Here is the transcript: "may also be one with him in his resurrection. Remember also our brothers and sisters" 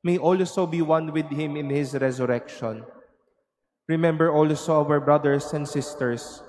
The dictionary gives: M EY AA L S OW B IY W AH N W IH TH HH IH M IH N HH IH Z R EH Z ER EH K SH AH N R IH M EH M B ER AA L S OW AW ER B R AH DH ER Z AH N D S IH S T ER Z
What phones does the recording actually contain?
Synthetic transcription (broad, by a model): M EY AA L S OW B IY W AH N W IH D HH IH M IH N HH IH S R EH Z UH EH K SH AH N R IH M EH M B ER AA L S OW AW ER B R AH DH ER S AH N D S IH S T ER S